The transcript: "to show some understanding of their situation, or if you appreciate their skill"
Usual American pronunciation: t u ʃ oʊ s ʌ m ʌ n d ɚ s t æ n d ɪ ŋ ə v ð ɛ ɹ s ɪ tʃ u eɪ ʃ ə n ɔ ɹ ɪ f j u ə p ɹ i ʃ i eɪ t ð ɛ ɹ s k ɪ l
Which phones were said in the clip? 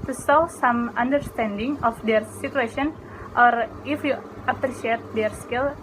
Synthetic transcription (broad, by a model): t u s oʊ s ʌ m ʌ n d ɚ s t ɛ n d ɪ ŋ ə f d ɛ ɹ s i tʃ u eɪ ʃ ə n ɔ ɹ ɪ f j u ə p ɹ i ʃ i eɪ t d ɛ ɹ s k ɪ l